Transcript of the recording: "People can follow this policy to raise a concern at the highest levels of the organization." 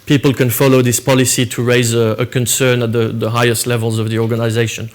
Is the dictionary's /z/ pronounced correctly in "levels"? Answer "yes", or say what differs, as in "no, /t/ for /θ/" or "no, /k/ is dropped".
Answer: yes